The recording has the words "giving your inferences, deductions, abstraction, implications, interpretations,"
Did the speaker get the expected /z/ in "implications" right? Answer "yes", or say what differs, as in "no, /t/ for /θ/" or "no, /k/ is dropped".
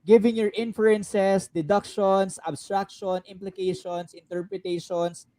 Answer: no, /s/ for /z/